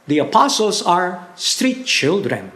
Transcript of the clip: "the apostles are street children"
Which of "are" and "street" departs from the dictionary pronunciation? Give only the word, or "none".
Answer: none